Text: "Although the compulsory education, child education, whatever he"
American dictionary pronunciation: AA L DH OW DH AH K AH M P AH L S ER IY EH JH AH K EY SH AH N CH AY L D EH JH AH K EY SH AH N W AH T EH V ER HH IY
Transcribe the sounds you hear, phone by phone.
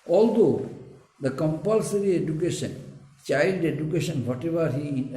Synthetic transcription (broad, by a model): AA L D OW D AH K AH M P AH L S ER IY EH JH AH K EY SH AH N CH AY L D EH JH AH K EY SH AH N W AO T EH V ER HH IY